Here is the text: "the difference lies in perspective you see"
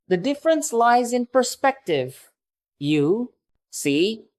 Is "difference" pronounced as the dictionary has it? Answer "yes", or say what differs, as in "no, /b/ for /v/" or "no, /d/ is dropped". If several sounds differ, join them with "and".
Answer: yes